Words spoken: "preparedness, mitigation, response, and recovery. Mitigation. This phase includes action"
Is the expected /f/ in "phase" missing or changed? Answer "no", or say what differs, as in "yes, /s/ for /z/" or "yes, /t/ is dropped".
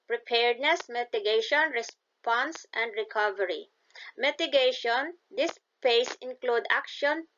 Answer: yes, /p/ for /f/